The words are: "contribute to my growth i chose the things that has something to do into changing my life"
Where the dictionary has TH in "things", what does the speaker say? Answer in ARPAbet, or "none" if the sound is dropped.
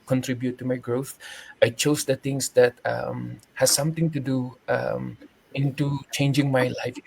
T